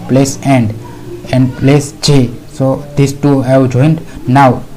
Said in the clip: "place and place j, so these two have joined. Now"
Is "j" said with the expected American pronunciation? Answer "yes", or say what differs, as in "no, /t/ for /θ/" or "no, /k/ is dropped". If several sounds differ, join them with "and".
no, /tʃ/ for /dʒ/